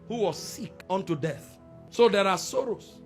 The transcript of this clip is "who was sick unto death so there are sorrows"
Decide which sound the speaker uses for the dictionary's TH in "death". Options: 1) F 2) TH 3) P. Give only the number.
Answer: 2